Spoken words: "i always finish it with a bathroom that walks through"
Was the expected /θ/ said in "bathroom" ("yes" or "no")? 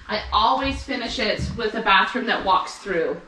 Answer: yes